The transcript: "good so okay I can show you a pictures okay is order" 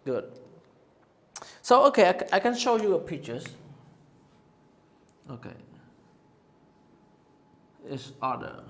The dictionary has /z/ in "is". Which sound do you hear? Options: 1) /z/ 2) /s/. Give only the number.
2